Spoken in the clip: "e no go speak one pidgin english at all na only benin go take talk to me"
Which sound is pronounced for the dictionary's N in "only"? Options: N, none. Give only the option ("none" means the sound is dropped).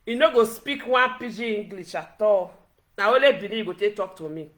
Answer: none